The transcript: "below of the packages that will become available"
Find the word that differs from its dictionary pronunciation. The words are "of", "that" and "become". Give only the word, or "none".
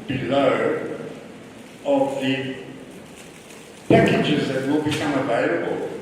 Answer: none